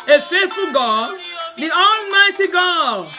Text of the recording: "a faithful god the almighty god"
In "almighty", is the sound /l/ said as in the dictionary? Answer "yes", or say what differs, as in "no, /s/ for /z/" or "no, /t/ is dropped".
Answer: yes